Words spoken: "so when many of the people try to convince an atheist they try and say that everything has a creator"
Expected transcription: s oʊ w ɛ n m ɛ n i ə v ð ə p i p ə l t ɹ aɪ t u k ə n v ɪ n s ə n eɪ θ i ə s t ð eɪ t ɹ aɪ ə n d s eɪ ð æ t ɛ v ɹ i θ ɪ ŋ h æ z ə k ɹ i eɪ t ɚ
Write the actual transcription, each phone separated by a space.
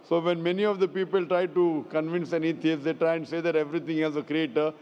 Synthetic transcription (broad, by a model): s oʊ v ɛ n m ɛ n i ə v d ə p i p ə l t ɹ aɪ t u k ə n v ɪ n s ə n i t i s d eɪ t ɹ aɪ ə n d s eɪ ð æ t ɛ v ɹ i t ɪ ŋ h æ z ə k ɹ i eɪ t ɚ